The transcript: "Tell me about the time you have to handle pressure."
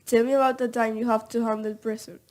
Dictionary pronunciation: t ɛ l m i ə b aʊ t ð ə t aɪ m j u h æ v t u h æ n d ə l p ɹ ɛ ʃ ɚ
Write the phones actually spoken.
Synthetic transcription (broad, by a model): t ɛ l m i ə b aʊ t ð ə t aɪ m j u h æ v t u h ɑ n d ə n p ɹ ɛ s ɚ